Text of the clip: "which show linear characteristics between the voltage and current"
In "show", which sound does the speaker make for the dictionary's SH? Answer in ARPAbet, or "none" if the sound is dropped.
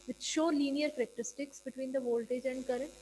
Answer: SH